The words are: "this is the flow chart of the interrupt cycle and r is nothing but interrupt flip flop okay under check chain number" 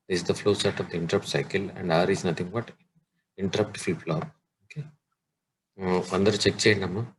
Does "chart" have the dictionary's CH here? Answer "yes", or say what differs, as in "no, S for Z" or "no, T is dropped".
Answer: no, S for CH